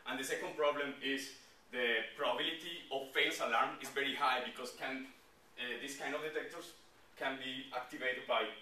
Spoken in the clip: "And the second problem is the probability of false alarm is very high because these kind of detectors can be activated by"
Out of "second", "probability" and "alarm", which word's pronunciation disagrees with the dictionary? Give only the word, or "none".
none